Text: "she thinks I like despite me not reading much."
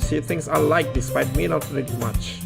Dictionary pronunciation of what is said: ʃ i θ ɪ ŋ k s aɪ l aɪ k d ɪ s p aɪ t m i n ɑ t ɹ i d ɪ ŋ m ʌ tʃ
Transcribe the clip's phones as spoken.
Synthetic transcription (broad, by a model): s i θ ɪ ŋ s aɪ l aɪ k d ɪ s p aɪ t m i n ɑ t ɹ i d m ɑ tʃ